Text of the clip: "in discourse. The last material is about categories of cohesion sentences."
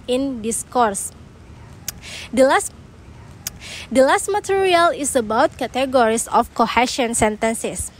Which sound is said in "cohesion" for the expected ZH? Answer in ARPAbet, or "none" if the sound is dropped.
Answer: SH